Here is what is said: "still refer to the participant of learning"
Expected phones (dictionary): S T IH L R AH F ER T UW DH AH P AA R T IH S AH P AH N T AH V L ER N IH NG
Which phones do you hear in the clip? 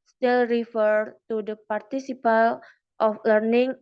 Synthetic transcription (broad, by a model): S T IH L R AH F ER T UW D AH P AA R T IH S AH P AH L T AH F L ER N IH NG